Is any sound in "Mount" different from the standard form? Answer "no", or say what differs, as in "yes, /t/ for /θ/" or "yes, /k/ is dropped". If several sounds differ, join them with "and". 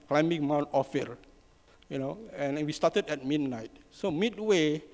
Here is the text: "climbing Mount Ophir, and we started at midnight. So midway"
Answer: no